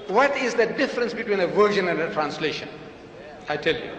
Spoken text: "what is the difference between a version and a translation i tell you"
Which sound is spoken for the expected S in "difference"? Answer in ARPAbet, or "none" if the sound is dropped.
S